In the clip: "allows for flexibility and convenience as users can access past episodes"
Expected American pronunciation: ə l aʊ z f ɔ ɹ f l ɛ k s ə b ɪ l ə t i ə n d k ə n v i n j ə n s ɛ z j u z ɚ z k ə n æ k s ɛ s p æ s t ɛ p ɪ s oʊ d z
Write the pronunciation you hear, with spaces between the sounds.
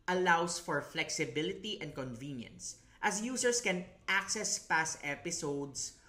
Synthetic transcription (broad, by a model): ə l aʊ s f ɔ ɹ f l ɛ k s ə b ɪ l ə t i ə n d k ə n v i n j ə n s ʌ s j u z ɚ s k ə n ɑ k s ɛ s p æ s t ɛ p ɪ s oʊ d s